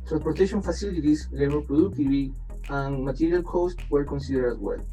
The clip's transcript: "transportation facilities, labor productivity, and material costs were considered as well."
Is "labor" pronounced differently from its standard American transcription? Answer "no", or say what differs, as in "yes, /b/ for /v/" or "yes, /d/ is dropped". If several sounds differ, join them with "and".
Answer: yes, /b/ is dropped